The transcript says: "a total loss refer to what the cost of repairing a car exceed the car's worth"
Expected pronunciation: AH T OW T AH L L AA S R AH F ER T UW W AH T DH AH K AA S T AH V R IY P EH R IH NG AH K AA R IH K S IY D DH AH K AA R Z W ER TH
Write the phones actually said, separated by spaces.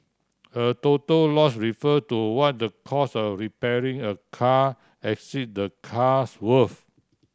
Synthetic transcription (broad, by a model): AH T OW T AH L L AA S R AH F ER T UW W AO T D AH K AA S AH R IY P EH R IH NG AH K AA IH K S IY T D AH K AA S W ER F